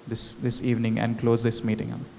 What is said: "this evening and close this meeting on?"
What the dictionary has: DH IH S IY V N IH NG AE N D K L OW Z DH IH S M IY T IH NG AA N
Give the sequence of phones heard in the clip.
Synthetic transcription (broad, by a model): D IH S IY V N IH NG AE N D K L OW Z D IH S M IY T IH NG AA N